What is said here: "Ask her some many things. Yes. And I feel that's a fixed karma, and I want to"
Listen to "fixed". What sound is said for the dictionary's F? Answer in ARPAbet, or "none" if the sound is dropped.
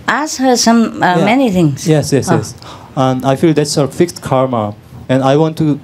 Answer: F